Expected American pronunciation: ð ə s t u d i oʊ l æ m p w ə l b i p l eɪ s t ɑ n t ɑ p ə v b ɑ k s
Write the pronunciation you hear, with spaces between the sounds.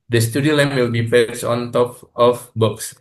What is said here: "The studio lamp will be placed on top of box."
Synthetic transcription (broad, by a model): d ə s t u d i oʊ l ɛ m w ə l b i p eɪ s ɑ n t ɑ p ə f b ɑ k s